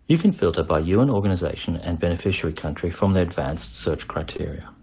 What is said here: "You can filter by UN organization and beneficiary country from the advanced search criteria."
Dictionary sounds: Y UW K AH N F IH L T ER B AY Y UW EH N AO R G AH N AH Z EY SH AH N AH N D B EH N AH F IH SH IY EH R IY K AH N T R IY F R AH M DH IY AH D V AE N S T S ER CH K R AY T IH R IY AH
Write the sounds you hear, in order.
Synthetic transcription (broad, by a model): Y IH K AH N F IH L T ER B AY Y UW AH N AO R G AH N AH Z EY SH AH N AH N B EH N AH F IH SH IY R IY K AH N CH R IY F R AH M DH IY AH D V AE N S T S ER CH K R AY T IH R IY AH